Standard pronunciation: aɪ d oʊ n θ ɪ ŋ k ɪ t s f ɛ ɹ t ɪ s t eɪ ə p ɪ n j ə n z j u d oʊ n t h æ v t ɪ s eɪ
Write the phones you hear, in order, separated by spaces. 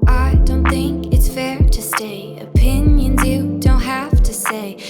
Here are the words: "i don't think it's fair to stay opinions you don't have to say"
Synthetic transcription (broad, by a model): aɪ d oʊ n θ ɪ ŋ k ɪ t s f ɛ ɹ t ɪ s t eɪ ə p ɪ n j ə n z j u d oʊ n t h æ f t ɪ s eɪ